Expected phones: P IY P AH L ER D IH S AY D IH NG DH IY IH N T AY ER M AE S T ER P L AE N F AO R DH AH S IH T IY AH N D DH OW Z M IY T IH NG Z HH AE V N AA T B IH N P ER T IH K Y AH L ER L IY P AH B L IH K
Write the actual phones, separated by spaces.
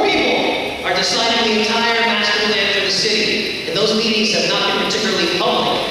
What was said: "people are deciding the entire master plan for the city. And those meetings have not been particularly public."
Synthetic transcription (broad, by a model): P IY P L ER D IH S AY D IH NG DH IY IH N T AY ER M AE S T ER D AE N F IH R DH AH S IH T IY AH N DH OW Z M IY T IH NG Z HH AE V N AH T B IH N P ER T IH K Y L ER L IY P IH